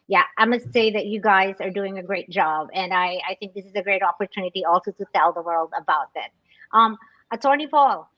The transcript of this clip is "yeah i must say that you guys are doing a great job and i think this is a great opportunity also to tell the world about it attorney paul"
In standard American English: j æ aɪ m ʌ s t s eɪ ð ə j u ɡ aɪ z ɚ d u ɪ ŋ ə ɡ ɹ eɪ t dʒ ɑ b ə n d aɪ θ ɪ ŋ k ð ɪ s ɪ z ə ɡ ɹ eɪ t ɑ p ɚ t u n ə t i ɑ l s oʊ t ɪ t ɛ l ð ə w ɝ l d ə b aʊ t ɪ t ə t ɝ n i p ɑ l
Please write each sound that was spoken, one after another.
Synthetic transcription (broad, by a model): j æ aɪ m ʌ s t s eɪ ð ə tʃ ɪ ɡ aɪ z ɚ d u ɪ ŋ ə ɡ ɹ eɪ t dʒ ɑ b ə n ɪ aɪ θ ɪ ŋ k ð ɪ s ɪ z ə ɡ ɹ eɪ t ɑ p ɚ t u n ə t i ɑ l s oʊ t ɪ t ɛ l ð ə w ɝ l d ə b aʊ t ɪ t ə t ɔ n i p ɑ l